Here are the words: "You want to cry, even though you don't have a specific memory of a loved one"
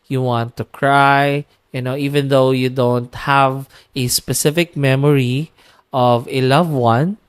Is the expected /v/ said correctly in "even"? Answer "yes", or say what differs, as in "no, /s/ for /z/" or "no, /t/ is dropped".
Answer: yes